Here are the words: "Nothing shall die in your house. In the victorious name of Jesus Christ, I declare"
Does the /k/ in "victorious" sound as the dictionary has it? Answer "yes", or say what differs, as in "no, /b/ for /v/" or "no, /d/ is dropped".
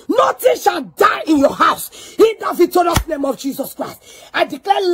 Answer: no, /k/ is dropped